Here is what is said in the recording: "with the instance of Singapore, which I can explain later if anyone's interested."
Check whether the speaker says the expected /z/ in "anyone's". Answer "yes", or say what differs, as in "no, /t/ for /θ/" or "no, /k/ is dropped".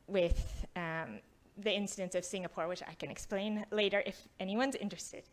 yes